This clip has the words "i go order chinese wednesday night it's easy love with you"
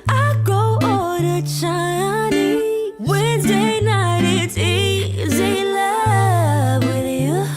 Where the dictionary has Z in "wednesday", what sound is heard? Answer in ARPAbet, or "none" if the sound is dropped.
Z